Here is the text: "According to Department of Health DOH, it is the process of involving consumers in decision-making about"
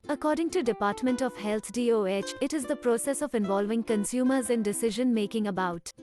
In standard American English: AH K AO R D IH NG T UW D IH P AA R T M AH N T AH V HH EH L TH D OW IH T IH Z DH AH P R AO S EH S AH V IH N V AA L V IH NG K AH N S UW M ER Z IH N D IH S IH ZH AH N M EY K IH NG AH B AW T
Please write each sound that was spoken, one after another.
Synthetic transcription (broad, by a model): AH K AO R D IH NG T UW D IH P AA R T M AH N T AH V HH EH L T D OW IH T IH Z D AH P R AO S EH S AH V IH N V AA L V IH NG K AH N S UW M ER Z IH N D IH S IH ZH AH N M EY K IH NG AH B AW T